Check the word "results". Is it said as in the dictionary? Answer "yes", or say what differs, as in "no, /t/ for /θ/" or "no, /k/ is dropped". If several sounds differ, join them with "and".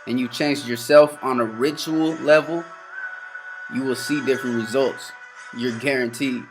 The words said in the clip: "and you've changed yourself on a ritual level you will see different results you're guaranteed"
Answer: yes